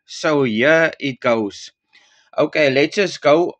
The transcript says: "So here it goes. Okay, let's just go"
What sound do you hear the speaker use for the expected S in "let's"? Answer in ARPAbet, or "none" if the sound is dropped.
none